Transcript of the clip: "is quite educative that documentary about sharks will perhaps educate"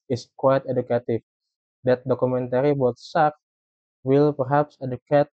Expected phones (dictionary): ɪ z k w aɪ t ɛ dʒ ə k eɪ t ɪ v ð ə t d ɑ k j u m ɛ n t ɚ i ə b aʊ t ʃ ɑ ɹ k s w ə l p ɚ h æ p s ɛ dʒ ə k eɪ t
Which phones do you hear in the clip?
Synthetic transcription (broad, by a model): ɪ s k w aɪ t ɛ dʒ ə k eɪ t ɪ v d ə t d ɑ k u m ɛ n t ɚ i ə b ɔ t s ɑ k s w ə l p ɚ h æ p s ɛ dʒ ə k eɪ t